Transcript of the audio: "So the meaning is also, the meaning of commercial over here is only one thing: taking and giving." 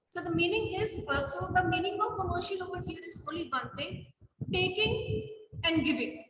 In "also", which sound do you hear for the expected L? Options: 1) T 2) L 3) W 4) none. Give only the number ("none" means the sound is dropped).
4